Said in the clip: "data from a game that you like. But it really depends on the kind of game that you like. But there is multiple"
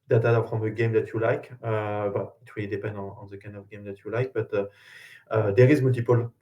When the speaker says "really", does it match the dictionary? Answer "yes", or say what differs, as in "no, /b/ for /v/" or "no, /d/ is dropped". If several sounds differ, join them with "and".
no, /l/ is dropped